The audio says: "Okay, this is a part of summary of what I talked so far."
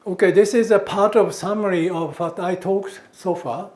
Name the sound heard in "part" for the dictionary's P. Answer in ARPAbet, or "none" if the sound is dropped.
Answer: P